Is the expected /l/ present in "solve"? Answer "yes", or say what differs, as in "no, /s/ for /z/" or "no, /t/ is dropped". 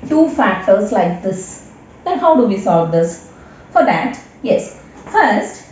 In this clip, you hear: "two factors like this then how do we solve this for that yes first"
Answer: no, /l/ is dropped